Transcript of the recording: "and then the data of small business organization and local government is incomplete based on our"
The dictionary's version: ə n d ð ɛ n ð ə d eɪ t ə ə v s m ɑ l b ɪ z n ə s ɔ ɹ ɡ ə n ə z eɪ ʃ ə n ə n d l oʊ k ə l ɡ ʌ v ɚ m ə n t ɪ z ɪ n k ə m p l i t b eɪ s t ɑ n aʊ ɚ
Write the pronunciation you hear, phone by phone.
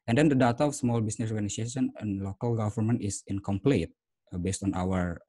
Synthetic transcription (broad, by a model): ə n d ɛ n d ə d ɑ t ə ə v s m ɑ l b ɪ s n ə s ɔ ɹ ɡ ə n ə s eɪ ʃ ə n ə n l oʊ k ə l ɡ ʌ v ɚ m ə n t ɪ s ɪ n k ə m p l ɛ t b eɪ s t ɑ n aʊ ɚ